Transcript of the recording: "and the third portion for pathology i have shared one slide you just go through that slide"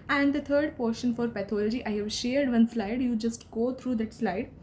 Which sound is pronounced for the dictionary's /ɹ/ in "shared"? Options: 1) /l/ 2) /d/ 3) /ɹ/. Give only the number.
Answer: 3